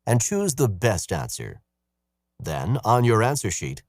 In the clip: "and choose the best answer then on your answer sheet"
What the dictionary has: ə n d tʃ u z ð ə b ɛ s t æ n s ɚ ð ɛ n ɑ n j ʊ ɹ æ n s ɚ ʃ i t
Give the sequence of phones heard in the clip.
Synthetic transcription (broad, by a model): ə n tʃ u z ð ə b ɛ s t æ n s ɚ ð ɛ n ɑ n j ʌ ɹ æ n s ɚ ʃ i t